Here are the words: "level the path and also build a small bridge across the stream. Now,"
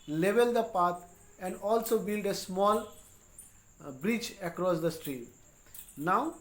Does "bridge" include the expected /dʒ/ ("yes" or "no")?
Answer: no